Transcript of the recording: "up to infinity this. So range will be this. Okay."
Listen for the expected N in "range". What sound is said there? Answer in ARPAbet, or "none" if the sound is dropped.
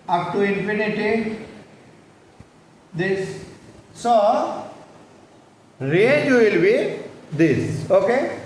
none